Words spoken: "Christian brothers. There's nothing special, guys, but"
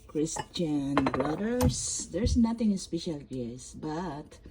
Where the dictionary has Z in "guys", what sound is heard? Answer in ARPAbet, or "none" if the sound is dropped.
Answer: S